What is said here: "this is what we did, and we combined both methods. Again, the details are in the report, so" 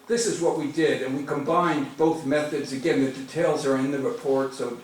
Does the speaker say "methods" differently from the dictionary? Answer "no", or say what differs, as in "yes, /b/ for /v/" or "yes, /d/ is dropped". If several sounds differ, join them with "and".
no